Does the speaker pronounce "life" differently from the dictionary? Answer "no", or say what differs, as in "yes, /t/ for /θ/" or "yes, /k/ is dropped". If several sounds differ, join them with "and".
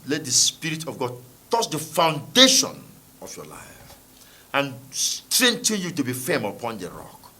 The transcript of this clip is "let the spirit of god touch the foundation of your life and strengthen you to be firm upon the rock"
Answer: no